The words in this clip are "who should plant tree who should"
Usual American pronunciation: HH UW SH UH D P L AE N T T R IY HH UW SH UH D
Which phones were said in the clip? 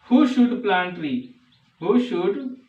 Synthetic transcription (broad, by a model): HH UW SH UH D P L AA N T T L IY HH UW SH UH D